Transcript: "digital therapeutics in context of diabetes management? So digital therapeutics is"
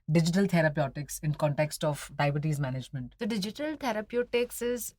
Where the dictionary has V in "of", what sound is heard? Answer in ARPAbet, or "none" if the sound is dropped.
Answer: P